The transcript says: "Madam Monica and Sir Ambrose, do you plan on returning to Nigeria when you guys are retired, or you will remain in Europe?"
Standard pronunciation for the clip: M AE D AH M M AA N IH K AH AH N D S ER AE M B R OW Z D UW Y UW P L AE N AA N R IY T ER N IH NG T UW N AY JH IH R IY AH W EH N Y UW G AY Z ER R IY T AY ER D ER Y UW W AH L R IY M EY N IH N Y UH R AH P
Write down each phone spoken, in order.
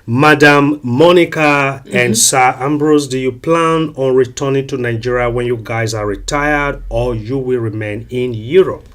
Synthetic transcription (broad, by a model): M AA D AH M M AA N IH K AH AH N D S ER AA M B R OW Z D UW Y UW P L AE N AA N R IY T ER N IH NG T UW N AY JH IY R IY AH W EH N Y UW G AY Z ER R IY T AY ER D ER Y UW W AH L R IY M EY N IH N Y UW R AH P